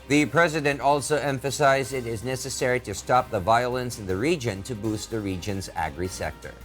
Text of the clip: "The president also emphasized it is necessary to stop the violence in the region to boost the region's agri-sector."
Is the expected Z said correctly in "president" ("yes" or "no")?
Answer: yes